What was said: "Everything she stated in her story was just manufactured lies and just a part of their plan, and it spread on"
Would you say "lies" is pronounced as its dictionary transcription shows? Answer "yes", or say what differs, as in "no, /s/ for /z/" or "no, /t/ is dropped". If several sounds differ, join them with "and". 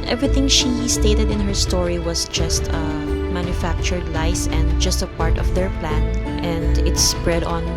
no, /s/ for /z/